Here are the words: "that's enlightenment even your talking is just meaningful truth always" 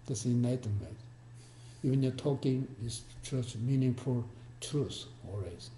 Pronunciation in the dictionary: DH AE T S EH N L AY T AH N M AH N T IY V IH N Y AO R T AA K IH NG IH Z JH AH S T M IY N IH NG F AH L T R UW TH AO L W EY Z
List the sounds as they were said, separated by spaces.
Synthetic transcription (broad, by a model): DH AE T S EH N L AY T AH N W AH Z IY V IH N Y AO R T AA K IH NG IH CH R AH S M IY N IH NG F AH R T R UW S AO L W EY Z